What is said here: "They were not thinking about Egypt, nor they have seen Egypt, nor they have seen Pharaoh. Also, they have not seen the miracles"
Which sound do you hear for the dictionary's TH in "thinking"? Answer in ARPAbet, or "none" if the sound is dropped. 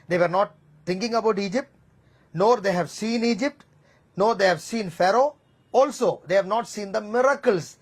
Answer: T